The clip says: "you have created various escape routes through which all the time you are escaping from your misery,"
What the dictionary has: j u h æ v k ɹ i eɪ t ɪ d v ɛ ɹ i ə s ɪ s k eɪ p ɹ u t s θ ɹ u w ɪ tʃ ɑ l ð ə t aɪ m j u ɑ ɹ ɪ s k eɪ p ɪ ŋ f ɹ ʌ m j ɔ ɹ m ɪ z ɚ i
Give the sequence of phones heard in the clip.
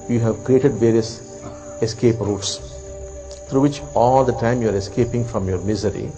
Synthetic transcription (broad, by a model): j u h æ v k ɹ i eɪ t ɪ d v ɛ ɹ i ə s ɪ s k eɪ p ɹ u t s t ɹ u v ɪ tʃ ɑ l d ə t aɪ m j u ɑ ɹ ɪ s k eɪ p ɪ ŋ f ɹ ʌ m j ɔ ɹ m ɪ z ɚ i